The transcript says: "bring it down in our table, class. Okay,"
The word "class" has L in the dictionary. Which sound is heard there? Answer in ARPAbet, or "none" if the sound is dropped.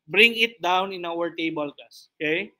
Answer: none